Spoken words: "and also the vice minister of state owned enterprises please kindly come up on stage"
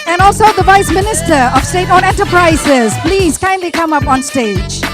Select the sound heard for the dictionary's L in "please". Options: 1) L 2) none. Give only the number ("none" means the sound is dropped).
1